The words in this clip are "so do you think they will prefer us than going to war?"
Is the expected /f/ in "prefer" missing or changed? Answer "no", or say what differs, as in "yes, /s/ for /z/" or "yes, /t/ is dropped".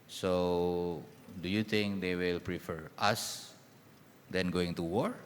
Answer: no